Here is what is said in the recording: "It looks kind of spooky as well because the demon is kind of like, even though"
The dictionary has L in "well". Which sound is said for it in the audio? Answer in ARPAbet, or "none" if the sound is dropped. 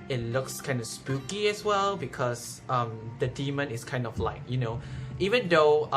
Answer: L